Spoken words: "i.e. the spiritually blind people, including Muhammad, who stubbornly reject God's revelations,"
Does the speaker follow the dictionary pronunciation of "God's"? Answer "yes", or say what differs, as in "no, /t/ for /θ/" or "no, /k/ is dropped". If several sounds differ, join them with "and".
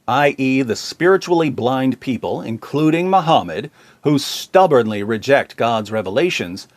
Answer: yes